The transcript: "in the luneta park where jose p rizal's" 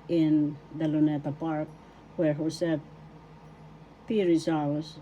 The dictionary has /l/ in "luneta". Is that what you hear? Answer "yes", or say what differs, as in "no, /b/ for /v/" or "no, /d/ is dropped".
yes